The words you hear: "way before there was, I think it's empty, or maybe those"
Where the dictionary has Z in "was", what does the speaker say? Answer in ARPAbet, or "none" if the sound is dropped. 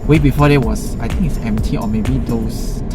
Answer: S